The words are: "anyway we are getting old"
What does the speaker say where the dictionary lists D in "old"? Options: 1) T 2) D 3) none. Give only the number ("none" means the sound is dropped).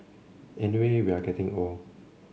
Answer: 3